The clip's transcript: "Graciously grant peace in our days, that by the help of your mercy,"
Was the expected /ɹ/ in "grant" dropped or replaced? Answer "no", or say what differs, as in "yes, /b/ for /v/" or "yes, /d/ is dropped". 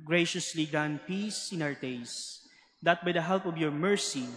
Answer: yes, /ɹ/ is dropped